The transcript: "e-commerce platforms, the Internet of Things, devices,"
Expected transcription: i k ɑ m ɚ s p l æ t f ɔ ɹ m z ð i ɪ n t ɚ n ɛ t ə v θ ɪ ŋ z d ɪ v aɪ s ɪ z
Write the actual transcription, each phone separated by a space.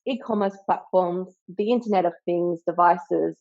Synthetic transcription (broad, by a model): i k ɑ m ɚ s p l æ t f ɔ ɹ m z ð i ɪ n t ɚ n ɛ t ə v θ ɪ ŋ z d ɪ v aɪ s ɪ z